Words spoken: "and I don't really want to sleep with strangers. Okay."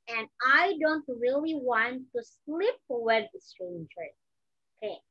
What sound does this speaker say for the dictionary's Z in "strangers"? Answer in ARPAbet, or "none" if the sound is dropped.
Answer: none